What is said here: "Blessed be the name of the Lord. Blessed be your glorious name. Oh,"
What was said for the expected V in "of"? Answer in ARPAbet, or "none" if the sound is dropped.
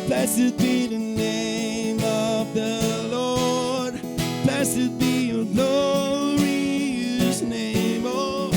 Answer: V